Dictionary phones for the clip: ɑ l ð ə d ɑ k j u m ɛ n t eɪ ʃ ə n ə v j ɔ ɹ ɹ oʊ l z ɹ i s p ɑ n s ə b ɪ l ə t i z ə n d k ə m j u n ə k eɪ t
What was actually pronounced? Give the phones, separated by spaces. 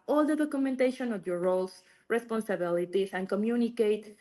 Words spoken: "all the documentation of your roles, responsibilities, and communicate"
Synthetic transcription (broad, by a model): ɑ l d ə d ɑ k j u m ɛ n t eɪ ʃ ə n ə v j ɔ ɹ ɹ oʊ l s ɹ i s p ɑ n s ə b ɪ l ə t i s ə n k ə m j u n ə k eɪ t